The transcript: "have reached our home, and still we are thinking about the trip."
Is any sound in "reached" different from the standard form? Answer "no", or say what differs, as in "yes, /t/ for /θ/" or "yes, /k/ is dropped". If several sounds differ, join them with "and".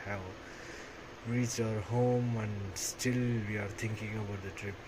yes, /t/ is dropped